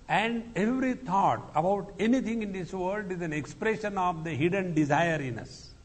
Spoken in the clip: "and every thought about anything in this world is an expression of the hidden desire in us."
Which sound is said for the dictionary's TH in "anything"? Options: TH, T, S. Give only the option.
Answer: T